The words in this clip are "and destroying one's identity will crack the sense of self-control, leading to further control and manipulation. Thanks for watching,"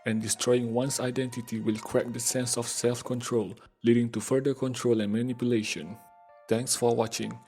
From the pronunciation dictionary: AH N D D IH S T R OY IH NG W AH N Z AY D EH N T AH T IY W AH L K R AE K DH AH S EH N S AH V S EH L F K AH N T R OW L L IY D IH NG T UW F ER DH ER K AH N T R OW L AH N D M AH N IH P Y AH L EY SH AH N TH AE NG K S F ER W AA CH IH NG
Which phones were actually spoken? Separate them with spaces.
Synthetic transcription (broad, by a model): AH N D D IH S T R OY IH NG W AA N S AY D EH N T AH T IY W AH L K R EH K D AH S EH N S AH F S EH L F K AH N T R OW L L IY D IH NG T UW F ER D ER K AH N T R OW L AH N M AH N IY P Y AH L EY SH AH N T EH NG K S F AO W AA CH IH NG